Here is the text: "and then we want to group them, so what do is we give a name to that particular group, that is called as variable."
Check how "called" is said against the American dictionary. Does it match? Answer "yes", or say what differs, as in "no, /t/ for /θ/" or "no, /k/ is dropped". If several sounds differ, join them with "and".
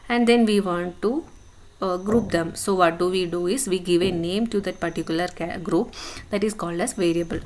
yes